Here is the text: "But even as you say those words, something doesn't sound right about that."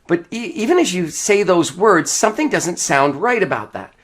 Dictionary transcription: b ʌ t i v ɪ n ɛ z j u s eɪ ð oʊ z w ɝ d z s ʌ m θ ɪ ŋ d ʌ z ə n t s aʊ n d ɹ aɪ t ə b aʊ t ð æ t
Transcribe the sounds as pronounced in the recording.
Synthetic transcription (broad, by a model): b ʌ t i v ɪ n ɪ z j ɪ s eɪ ð oʊ z w ɝ d z s ʌ m θ ɪ ŋ d ʌ z ə n t s aʊ n d ɹ aɪ t ə b aʊ t ð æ t